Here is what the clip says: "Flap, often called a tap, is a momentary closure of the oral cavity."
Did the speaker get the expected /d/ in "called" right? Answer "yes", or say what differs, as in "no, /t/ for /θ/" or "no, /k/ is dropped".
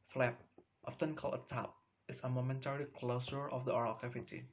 no, /d/ is dropped